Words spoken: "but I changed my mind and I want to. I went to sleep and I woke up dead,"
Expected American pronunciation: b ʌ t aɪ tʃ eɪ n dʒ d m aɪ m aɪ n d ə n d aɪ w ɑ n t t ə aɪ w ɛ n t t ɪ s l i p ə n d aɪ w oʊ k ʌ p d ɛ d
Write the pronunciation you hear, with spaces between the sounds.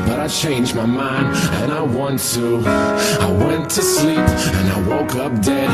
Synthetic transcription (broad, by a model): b ʌ t aɪ tʃ eɪ n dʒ m aɪ m aɪ n d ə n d aɪ w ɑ n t t ə aɪ w ɛ n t t ɪ s l i p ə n aɪ w oʊ k ʌ p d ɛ